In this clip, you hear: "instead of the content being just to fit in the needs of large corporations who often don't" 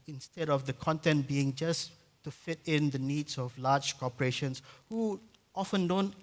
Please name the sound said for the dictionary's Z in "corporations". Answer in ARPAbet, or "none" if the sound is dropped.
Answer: S